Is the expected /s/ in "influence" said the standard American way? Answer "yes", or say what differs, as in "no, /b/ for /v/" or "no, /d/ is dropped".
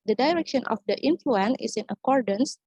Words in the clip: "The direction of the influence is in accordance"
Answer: no, /s/ is dropped